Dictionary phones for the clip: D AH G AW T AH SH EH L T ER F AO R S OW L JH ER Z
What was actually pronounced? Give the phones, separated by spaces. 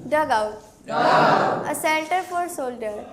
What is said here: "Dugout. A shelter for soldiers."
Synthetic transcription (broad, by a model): D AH G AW T AH S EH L T ER F AO R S OW L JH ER